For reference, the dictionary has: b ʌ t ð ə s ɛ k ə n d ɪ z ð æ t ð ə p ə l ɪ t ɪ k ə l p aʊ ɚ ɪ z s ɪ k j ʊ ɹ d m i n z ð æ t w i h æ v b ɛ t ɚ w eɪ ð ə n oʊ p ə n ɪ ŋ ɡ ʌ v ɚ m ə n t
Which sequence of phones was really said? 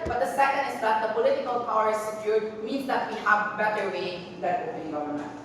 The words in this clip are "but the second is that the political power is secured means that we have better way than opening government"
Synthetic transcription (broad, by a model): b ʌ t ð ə s ɛ k ə n d ɪ z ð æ t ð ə p ə l ɪ t ɪ k ə l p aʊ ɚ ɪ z s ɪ k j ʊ ɹ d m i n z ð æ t w i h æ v b ɛ t ɚ w eɪ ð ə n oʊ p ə l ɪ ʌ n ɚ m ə